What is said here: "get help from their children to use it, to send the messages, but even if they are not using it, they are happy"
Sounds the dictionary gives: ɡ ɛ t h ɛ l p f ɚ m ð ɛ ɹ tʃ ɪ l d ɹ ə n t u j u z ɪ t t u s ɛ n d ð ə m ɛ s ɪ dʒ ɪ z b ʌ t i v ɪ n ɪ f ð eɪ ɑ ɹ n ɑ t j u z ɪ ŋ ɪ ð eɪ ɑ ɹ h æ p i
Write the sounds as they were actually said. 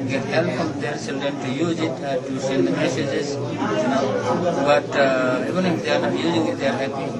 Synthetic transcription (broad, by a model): ɡ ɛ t h ɛ l p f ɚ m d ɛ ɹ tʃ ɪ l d ə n t u j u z ɪ t t u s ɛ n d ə m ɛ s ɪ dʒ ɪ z b ʌ t i v ɪ n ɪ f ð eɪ ɑ ɹ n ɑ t j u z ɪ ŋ ɪ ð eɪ ɑ ɹ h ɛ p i